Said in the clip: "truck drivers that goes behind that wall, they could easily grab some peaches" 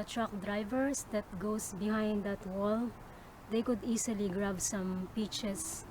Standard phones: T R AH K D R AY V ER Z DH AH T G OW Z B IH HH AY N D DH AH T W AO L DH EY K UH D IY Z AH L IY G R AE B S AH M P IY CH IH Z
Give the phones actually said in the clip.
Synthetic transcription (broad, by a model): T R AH K D R AY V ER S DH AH T G OW S B IH HH AY N D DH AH T W AO L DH EY K UH D IY S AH L IY G R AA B S AH M P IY CH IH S